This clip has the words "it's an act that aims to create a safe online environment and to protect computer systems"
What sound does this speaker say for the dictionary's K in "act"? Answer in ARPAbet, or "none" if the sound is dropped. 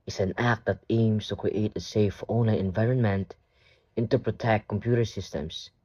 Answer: K